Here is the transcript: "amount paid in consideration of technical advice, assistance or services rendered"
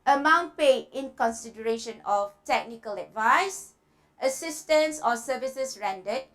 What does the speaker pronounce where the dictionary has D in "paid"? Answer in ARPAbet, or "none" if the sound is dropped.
none